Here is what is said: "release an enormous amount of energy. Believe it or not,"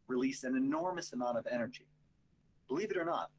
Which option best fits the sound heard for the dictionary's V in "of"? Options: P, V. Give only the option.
V